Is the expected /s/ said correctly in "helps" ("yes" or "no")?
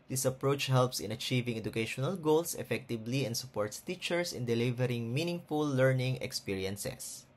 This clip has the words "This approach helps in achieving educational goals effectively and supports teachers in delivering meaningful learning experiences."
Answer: yes